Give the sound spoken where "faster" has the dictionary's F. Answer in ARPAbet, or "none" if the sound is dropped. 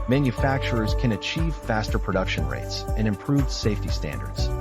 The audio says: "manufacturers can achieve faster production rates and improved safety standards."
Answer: F